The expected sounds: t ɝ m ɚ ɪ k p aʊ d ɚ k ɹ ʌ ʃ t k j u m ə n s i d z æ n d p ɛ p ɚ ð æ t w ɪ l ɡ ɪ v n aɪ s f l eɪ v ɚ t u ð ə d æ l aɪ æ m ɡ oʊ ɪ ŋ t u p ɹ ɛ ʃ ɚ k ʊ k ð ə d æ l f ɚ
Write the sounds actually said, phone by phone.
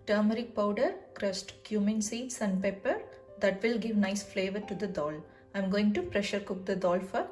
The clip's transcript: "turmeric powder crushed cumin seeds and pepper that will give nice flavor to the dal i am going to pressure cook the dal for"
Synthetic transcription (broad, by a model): t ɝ m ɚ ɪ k p aʊ d ɚ k ɹ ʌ s t k j u m ə n s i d s æ n d p ɛ p ɚ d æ t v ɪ l ɡ ɪ v n aɪ s f l eɪ v ɚ t u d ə d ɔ l aɪ m ɡ oʊ ɪ ŋ t u p ɹ ɛ ʃ ɚ k ʊ k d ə d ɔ l f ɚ